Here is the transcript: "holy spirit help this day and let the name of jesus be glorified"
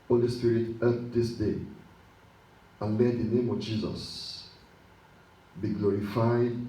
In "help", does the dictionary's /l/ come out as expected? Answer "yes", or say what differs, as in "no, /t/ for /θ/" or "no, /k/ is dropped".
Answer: no, /l/ is dropped